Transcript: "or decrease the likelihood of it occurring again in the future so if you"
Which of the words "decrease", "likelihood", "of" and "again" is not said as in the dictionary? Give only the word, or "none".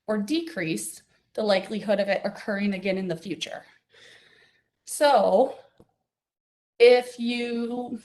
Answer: none